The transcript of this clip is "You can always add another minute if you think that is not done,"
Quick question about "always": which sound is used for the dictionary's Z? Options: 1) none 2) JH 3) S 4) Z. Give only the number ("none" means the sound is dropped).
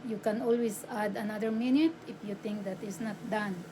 3